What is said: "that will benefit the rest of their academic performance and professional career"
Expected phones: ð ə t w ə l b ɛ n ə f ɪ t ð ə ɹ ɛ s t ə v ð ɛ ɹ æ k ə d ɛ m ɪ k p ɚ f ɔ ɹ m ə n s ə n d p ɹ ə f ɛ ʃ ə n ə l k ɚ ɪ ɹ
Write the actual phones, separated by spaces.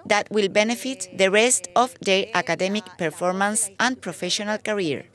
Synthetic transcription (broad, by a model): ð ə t w ə l b ɛ n ə f ɪ t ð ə ɹ ɛ s t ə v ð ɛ ɹ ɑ k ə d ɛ m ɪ k p ɚ f ɔ ɹ m ə n s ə n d p ɹ ə f ɛ ʃ ə n ə l k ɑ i ɹ